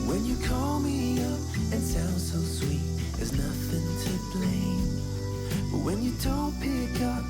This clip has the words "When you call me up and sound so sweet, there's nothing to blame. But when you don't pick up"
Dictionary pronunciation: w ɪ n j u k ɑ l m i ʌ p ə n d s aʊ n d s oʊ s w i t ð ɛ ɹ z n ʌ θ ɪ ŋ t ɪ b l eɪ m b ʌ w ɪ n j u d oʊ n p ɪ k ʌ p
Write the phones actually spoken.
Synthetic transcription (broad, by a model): w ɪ n j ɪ k ɑ l m i ʌ p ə n s aʊ n d s oʊ s w i t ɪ z n ʌ θ ɪ ŋ t ɪ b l eɪ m b ʌ w ɪ n j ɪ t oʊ l p ɪ k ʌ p